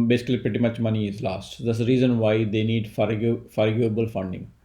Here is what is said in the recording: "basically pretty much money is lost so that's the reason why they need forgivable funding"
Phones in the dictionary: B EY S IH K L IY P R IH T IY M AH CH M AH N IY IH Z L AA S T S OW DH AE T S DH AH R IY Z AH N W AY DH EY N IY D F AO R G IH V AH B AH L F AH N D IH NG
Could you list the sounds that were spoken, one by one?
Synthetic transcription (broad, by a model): B EY S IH K L IY P R IH T IY M AH CH M AH N IY IH Z L AA S T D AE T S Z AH R IY Z AH N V AY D EY N IY D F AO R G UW AH B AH L F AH N D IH NG